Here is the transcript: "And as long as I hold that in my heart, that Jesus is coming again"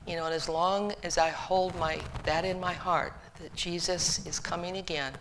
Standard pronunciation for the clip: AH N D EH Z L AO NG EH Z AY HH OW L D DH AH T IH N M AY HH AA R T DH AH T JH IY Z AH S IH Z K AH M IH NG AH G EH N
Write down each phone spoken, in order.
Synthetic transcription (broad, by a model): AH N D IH Z L AO NG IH Z AY HH OW L D DH AH T IH N M AY HH AA R T DH AH T JH IY Z AH S IH Z K AH M IH NG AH G EH N